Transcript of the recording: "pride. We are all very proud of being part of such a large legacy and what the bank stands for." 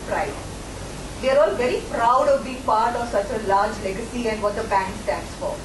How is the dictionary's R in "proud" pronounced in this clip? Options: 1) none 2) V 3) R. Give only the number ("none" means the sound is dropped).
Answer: 3